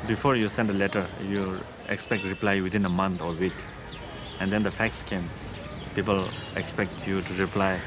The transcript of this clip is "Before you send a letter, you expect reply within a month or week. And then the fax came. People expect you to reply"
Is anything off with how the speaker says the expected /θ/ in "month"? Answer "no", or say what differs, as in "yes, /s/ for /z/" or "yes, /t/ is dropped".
yes, /t/ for /θ/